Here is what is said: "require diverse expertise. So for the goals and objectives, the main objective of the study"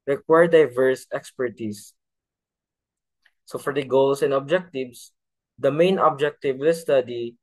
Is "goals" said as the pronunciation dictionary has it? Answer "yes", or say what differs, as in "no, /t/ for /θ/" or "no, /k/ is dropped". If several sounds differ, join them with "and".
no, /s/ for /z/